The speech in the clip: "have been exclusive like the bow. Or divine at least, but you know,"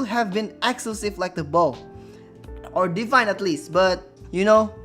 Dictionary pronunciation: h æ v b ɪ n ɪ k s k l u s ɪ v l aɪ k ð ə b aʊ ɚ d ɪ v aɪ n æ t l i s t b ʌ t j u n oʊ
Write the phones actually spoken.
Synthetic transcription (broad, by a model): h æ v b ɪ n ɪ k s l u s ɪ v l aɪ k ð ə b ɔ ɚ d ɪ f aɪ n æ t l i s t b ʌ t j u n oʊ